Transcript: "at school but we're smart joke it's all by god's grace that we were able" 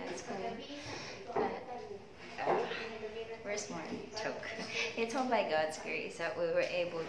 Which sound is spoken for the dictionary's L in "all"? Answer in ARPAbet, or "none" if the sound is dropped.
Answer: N